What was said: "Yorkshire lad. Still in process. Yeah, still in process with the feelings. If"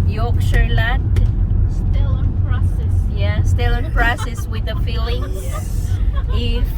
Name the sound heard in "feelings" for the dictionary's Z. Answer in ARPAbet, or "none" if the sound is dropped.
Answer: none